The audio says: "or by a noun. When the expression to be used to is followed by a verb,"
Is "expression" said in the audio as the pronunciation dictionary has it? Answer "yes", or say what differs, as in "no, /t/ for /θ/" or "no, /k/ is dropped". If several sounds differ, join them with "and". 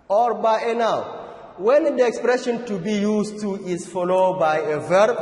yes